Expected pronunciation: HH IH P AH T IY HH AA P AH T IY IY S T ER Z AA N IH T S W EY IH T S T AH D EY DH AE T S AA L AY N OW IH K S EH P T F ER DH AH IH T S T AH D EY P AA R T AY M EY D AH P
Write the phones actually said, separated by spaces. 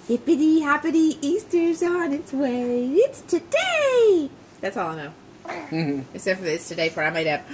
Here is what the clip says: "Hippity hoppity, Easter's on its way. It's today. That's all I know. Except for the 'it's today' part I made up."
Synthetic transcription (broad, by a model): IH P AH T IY HH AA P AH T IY IY S T ER Z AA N IH T S W EY IH T S T AH D EY DH AE T S AA L AY N OW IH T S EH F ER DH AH IH T S T AH D EY F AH R AY M EY D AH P